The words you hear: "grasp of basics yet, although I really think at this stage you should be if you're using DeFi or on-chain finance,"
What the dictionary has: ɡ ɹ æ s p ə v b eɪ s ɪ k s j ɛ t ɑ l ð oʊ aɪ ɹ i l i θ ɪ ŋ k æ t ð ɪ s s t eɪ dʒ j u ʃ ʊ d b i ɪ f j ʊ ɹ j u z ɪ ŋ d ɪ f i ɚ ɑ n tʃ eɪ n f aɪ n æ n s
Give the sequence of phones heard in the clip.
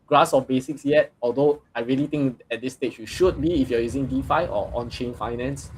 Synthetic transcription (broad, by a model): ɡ ɹ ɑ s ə f b eɪ s ɪ k s j ɛ t ɑ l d oʊ aɪ ɹ i l i t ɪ ŋ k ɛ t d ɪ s s t eɪ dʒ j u ʃ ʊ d b i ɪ f j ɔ j u z ɪ ŋ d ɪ f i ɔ ɑ n tʃ eɪ n f aɪ n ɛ n s